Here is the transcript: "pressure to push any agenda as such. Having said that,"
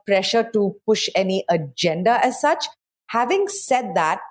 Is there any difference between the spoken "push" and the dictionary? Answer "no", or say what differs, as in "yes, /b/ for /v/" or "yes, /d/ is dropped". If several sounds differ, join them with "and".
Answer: no